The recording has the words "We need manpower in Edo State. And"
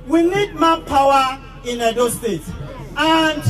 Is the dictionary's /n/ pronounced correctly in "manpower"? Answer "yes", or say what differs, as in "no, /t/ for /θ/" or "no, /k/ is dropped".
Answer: no, /n/ is dropped